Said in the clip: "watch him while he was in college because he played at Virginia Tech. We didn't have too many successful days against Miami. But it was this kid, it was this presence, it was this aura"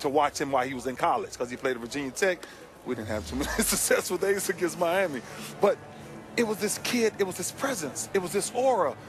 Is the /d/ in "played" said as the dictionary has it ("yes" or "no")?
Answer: no